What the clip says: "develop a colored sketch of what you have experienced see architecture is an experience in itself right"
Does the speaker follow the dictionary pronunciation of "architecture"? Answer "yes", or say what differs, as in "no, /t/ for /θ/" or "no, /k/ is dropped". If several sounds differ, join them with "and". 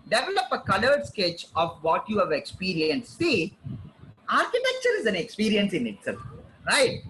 yes